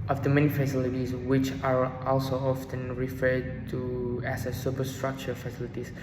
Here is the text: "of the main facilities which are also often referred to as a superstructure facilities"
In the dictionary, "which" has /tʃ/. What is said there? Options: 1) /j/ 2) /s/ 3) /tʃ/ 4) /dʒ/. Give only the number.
3